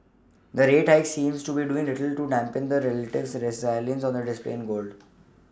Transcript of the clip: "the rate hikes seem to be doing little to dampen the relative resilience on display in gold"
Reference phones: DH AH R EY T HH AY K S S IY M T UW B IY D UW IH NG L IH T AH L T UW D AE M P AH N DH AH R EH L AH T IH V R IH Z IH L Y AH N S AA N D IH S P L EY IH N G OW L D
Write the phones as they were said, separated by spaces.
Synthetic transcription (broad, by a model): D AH R EY T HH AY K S S IY M T UW B IY D UW IH NG L IH T AH L T UW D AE M P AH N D AH R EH L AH T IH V R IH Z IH L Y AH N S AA N D IH S P L EY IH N G OW L D